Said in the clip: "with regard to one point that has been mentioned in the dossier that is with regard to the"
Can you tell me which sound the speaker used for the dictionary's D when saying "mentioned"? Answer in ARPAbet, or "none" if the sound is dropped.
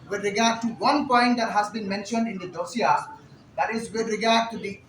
D